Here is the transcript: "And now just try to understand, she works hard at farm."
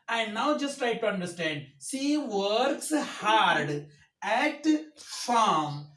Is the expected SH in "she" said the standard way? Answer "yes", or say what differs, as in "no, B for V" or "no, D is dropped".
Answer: no, S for SH